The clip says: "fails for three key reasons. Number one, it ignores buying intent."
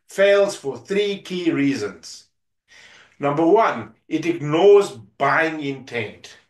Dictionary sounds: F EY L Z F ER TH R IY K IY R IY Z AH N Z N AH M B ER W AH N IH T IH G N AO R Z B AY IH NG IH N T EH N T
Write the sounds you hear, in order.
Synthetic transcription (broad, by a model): F EY L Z F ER TH R IY K IY R IY Z AH N Z N AH M B ER W AH N IH T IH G N AO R Z B AY IH NG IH N T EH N T